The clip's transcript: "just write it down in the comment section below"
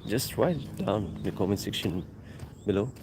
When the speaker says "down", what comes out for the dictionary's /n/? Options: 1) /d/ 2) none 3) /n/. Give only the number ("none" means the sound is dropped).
2